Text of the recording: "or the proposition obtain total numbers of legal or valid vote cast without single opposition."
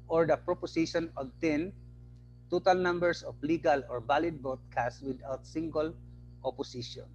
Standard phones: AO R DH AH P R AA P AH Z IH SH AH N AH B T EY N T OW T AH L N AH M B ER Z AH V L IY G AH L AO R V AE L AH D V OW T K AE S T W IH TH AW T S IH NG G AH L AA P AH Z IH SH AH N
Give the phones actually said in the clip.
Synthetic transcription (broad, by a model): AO R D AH P R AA P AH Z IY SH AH N AH B T EY N T OW T AH L N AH M B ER S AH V L IY G AH L AO R B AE L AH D B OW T K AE S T W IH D AW T S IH NG G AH L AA P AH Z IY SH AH N